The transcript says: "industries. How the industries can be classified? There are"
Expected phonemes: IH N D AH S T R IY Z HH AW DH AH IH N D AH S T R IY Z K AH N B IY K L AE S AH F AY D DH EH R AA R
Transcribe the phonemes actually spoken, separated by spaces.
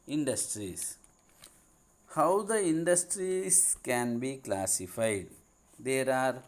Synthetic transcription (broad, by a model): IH N D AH S T R IY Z HH AW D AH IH N D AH S T R IY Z K AH N B IY K L AE S AH F AY D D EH R AA R